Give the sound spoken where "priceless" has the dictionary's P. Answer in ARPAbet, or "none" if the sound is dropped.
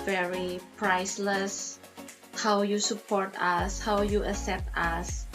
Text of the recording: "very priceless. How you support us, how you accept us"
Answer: P